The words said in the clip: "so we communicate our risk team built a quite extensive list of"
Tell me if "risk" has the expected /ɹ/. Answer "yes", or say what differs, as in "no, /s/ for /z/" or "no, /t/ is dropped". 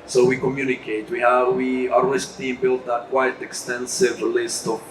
no, /w/ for /ɹ/